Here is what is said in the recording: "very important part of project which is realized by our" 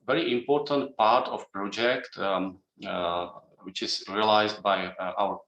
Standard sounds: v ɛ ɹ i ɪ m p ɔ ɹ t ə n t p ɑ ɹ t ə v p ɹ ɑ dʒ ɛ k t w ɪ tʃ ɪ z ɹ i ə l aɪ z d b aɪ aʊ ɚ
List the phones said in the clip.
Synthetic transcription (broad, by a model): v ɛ ɹ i ɪ m p ɔ ɹ t ə n t p ɑ ɹ t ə f p ɹ ɑ dʒ ɛ k t w ɪ tʃ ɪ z ɹ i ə l aɪ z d b aɪ aʊ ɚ